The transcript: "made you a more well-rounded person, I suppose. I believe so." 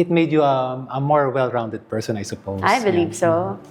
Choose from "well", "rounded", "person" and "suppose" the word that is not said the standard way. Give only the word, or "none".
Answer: suppose